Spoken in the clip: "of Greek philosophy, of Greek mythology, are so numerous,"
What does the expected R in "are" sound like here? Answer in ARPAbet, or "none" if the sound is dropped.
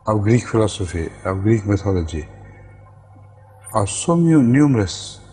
W